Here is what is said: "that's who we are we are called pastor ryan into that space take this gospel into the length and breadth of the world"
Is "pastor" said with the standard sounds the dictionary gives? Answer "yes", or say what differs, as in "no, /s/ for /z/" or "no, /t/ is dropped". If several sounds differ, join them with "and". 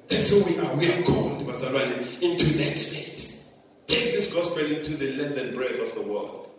no, /b/ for /p/